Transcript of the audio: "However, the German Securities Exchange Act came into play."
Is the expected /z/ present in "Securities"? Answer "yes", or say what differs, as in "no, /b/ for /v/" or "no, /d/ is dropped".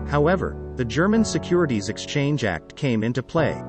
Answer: yes